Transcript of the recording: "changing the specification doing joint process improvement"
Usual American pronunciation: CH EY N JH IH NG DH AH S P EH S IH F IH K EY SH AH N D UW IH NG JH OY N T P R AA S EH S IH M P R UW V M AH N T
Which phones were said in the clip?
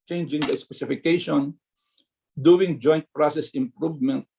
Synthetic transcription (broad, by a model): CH EY N JH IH NG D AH S P EH S IH F IH K EY SH AH N D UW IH NG JH OY N T P R AA S EH S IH M P R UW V M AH N T